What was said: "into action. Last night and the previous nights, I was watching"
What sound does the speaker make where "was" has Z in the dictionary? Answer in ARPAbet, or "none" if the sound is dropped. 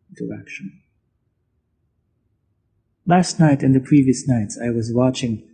Z